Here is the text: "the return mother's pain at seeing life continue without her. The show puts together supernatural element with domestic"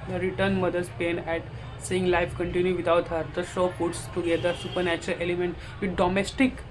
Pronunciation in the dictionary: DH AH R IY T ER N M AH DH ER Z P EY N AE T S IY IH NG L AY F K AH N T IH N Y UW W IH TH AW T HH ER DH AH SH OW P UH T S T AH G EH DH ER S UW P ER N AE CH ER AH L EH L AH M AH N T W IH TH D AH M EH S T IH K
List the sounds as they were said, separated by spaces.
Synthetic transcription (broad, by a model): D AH R IY T ER N M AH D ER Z P EY N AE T S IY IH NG L AY F K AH N T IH N Y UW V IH T AW T HH ER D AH SH OW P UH T S T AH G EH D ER S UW P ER N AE CH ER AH L EH L AH M AH N T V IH D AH M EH S T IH K